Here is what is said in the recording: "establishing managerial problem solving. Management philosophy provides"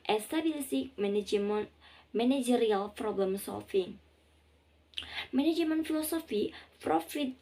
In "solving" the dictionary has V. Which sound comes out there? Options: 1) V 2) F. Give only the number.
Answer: 2